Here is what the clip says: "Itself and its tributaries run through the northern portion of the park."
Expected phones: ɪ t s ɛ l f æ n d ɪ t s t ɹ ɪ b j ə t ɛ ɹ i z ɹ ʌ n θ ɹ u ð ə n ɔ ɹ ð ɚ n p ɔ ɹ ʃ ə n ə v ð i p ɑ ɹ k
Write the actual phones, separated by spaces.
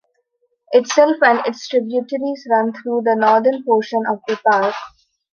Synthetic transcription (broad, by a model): ɪ t s ɛ l f æ n d ɪ t s t ɹ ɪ b j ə t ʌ ɹ i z ɹ ʌ n t ɹ u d ə n ɔ ɹ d ɚ n p ɔ ʃ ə n ə v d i p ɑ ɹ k